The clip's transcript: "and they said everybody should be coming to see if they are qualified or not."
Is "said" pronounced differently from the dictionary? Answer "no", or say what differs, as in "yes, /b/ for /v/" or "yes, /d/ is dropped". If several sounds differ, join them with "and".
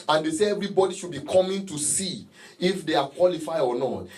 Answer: yes, /d/ is dropped